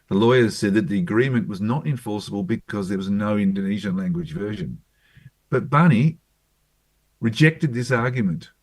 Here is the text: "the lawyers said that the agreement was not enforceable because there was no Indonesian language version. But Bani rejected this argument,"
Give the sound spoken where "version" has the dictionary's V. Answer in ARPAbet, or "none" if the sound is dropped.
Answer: V